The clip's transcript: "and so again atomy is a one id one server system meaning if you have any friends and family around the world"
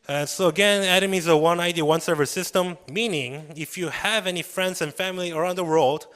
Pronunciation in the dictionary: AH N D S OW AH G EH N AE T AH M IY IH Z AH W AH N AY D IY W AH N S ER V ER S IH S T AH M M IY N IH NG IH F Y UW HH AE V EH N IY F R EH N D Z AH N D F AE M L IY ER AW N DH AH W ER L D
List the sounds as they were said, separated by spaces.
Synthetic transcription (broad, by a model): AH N S OW AH G EH N AE T AH M IY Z AH W AH N AY D IY W AH N S ER V ER S IH S T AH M M IY N IH NG IH F Y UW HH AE V EH N IY F R EH N D Z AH N F AE M L IY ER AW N DH AH W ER L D